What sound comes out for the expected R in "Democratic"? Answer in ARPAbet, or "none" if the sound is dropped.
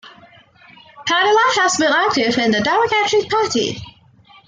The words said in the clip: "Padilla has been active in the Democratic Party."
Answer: none